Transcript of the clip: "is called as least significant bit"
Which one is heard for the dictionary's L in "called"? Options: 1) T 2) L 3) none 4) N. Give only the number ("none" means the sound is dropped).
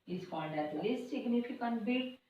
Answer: 4